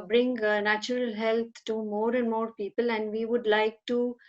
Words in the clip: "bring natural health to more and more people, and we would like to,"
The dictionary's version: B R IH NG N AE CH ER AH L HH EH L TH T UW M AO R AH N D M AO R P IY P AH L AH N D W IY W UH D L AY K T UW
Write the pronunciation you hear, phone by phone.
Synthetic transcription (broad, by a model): B R IH NG N AE CH ER AH L HH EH L T T UW M AO R AH N D M AO R P IY P AH L AH N D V IY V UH D L AY K T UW